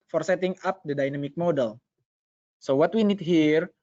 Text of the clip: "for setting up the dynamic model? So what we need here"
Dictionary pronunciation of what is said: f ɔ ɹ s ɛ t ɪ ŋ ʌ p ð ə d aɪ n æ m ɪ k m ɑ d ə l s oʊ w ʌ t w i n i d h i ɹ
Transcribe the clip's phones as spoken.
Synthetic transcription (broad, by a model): f ɔ ɹ s ɛ t ɪ ŋ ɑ p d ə d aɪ n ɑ m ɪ k m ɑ d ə l s oʊ w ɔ t w i n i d h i ɹ